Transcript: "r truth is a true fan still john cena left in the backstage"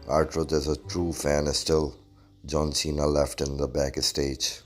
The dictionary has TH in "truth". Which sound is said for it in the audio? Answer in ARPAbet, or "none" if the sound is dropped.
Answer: T